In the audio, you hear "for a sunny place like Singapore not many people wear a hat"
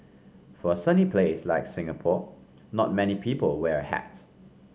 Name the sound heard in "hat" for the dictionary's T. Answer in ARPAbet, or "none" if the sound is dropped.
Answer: T